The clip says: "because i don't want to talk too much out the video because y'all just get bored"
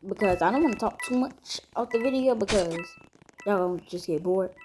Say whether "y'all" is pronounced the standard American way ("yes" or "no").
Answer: no